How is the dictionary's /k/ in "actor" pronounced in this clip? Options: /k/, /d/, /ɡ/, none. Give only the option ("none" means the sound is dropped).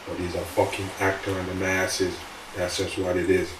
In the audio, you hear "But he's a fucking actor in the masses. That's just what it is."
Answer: /k/